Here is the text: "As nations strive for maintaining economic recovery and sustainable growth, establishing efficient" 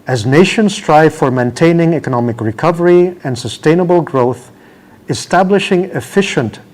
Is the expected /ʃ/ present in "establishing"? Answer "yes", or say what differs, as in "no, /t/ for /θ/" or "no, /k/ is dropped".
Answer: yes